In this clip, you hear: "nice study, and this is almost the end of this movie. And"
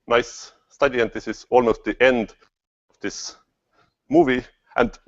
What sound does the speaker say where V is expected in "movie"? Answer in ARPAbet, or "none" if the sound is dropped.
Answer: V